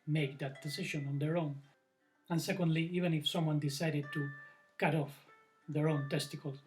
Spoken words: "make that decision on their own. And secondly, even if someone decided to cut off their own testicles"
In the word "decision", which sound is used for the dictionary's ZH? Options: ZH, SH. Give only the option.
SH